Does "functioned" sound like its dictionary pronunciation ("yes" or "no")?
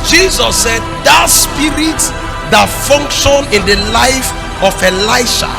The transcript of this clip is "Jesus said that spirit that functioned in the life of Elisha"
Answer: no